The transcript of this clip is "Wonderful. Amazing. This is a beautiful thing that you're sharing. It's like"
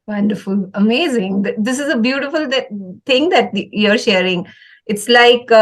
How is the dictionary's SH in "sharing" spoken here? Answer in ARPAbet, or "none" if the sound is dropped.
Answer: SH